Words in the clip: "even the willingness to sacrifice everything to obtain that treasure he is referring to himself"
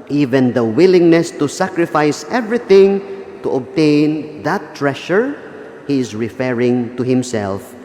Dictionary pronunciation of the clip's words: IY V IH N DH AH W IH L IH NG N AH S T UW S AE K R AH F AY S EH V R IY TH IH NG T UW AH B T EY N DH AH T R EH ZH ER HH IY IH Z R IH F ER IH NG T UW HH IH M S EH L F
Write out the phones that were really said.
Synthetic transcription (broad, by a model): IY V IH N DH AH W IH L IH NG N AH S T UW S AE K R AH F AY S EH V R IY TH IH NG T UW AH B T EY N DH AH T R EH SH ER HH IY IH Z R IH F ER IH NG T UW HH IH M S EH L F